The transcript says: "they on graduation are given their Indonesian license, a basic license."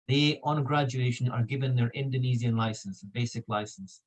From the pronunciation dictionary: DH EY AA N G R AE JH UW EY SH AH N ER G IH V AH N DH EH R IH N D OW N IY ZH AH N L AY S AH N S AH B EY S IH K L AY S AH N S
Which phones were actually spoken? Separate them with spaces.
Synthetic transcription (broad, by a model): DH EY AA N G R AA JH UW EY SH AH N ER G IH V AH N DH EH R IH N D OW N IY Z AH N L AY S AH N S AH B EY S IH K L AY S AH N S